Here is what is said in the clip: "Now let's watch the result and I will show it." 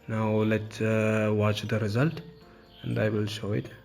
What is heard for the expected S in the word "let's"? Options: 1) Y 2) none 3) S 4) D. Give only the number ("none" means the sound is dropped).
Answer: 2